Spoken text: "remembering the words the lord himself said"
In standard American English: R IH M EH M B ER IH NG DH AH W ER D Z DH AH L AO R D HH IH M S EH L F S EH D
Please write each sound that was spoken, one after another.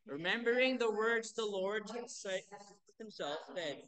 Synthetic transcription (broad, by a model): R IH M EH M B ER IH NG DH AH W ER D Z DH AH L AO R D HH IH M S EH L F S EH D